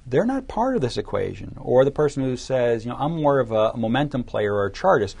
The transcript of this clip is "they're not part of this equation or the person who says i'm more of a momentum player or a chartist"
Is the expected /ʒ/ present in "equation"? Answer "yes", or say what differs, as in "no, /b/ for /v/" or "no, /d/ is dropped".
yes